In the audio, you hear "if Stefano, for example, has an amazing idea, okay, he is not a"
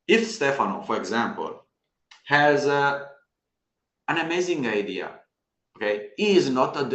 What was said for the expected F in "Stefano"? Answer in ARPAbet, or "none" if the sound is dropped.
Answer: F